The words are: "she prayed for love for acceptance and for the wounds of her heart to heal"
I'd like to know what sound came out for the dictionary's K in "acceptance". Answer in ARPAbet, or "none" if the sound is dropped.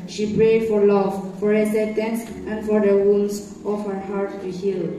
none